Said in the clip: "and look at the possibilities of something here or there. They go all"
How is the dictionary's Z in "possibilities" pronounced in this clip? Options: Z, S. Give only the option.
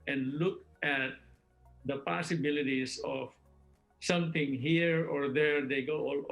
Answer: S